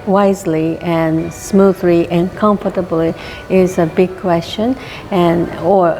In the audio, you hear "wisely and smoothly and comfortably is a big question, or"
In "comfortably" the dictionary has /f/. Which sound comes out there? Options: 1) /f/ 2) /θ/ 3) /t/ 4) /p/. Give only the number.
1